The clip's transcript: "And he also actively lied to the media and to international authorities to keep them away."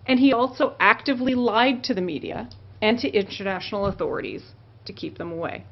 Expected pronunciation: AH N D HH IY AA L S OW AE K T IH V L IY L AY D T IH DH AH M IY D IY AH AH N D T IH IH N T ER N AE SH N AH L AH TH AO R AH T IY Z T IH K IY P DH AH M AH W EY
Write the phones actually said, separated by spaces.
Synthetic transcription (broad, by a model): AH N IY AA L S OW AE K T IH V L IY L AY D T IH DH AH M IY D IY AH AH N T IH IH N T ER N AE SH N L AH TH AO R AH T IY Z T IH K IY P DH AH M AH W EY